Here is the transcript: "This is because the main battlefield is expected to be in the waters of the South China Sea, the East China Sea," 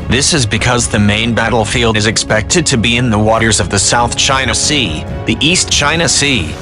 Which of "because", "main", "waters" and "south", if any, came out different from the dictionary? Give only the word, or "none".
none